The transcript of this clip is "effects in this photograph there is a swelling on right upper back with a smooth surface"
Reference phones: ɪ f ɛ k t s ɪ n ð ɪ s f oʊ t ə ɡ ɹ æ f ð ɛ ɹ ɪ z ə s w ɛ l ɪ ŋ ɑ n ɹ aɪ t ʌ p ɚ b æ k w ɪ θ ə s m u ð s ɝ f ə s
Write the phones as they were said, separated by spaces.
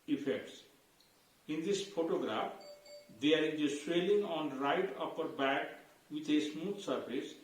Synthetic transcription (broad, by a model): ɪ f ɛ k t s ɪ n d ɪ s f oʊ t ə ɡ ɹ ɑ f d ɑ ɹ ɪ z ə s w ɛ l ɪ ŋ ɑ n ɹ aɪ t ʌ p ɚ b æ k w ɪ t ə s m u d s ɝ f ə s